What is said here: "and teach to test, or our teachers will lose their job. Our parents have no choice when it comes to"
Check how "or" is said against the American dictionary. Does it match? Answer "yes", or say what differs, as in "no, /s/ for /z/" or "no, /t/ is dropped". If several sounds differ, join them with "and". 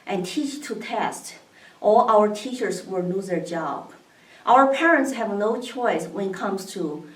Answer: no, /l/ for /ɹ/